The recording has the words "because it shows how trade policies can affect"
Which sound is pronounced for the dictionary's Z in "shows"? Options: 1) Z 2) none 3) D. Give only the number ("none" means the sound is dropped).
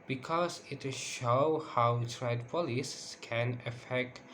2